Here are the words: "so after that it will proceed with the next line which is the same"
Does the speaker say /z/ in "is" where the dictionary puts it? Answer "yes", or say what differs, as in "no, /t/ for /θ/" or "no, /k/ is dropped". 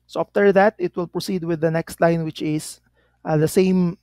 no, /s/ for /z/